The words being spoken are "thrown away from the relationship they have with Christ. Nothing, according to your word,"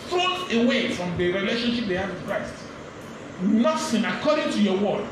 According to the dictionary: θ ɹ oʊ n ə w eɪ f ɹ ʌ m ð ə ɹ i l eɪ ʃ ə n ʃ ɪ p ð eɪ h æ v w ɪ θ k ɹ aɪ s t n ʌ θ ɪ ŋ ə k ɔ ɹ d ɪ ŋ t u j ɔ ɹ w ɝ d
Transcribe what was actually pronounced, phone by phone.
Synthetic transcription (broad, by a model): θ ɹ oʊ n ə w eɪ f ɹ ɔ m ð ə ɹ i l eɪ ʃ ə n ʃ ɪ p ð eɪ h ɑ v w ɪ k ɹ aɪ s t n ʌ s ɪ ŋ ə k ɔ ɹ d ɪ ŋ t u j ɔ w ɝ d